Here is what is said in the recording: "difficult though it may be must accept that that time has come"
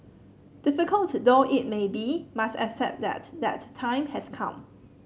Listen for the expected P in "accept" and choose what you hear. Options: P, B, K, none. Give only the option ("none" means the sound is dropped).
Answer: none